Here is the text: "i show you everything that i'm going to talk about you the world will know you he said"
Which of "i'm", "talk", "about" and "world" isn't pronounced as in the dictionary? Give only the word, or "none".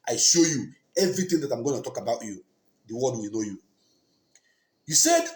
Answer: world